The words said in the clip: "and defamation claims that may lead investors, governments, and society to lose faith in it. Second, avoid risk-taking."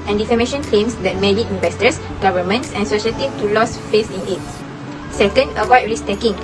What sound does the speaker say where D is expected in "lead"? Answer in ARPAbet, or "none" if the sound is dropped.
none